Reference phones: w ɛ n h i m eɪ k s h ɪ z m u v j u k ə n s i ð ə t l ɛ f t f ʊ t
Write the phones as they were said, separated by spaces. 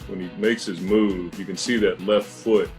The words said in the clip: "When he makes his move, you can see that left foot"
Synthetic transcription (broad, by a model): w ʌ n i m eɪ k s h ɪ z m u v j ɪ k ə n s i ð ə t l ɛ f t f ʊ t